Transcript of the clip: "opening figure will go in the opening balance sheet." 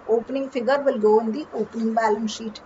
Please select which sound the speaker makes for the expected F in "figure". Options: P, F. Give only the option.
P